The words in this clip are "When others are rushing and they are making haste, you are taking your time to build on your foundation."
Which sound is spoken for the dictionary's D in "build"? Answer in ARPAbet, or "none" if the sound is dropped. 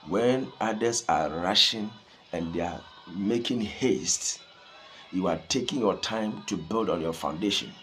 D